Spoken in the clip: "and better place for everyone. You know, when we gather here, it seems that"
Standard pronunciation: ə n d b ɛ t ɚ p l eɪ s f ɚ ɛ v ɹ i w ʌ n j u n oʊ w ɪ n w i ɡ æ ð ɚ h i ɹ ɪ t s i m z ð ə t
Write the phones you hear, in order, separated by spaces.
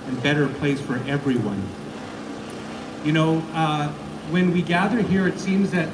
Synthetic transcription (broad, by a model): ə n b ɛ t ɚ p l eɪ s f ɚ ɛ v ɹ i w ʌ n j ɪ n oʊ w ɪ n w i ɡ æ ð ɚ h i ɹ ɪ t s i m z ð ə t